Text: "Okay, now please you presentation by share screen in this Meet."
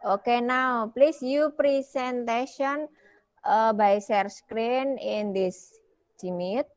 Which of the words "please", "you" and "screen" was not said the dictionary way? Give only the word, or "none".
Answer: please